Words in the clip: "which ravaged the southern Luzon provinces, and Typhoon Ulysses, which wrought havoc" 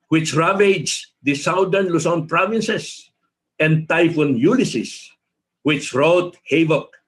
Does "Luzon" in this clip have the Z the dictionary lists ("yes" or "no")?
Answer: no